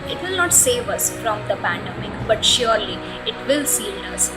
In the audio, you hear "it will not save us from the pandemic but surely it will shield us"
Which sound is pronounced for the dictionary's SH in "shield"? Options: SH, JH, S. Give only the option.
S